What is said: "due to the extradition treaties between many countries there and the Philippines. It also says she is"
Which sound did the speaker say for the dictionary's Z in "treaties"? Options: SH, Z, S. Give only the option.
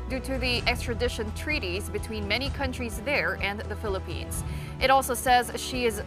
Z